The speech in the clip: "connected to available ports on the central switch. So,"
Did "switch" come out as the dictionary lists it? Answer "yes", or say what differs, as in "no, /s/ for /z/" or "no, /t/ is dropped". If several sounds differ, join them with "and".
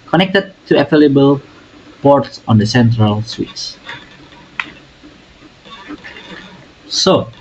no, /s/ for /tʃ/